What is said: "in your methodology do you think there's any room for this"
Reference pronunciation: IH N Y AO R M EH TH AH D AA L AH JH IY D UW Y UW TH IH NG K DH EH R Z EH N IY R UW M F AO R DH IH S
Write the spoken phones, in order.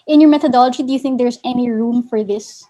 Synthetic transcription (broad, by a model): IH N Y AO R M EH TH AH D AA L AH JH IY D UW Y UW TH IH NG K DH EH R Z EH N IY R UW M F AO R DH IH S